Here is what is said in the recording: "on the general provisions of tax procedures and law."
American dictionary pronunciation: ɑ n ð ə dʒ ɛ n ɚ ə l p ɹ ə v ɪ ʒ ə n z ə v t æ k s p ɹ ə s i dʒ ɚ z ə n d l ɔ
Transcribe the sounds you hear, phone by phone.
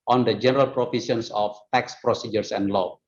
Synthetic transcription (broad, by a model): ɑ n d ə dʒ ɛ n ɚ ə l p ɹ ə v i s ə n s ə f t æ k s p ɹ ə s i dʒ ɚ s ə n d l ɔ